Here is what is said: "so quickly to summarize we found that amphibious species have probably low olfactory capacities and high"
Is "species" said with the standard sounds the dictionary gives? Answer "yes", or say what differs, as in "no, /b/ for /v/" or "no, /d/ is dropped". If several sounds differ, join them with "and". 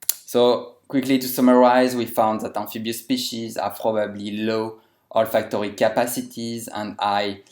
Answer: yes